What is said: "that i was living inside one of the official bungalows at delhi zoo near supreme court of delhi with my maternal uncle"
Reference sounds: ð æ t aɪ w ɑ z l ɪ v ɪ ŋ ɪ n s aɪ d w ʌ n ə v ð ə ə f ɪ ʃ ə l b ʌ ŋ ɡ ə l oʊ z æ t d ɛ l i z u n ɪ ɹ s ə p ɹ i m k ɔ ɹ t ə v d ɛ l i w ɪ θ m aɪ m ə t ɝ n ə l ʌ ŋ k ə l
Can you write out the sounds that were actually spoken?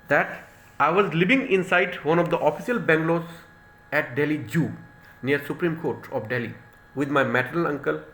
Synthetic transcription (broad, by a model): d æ t aɪ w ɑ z l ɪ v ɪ ŋ ɪ n s aɪ d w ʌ n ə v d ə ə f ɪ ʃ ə l b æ ŋ ɡ l oʊ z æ t d ɛ l i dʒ u n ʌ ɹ s ə p ɹ i m k ɔ ɹ t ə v d ɛ l i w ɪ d m aɪ m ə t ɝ ə l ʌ ŋ k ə l